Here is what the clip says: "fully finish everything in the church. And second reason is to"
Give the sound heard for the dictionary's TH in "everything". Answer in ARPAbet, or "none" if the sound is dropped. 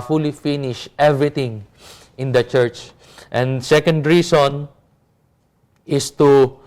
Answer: T